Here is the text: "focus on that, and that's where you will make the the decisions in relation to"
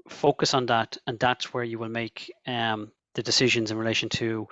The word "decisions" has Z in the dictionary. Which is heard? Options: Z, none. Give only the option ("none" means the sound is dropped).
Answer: Z